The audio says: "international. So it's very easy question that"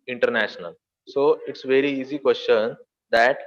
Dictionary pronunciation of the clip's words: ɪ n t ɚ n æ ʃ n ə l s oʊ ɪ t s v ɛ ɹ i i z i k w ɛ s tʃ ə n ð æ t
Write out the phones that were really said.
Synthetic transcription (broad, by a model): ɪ n t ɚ n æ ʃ n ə l s oʊ ɪ t s v ɛ ɹ i i z i k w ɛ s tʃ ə n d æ t